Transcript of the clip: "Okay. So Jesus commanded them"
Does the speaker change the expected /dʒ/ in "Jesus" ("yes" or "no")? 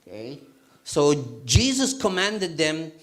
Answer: no